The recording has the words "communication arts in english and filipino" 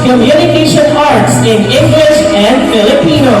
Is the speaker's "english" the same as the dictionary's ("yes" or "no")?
yes